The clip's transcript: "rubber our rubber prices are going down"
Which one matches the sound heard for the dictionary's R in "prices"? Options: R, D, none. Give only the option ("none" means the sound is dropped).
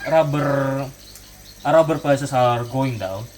none